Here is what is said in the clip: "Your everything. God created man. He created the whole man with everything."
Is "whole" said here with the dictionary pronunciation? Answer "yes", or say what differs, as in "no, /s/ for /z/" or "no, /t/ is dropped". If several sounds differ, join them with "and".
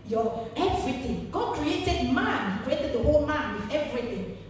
yes